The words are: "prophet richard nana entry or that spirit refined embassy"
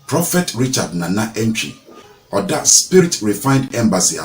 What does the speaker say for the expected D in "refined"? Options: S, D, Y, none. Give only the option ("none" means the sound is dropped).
D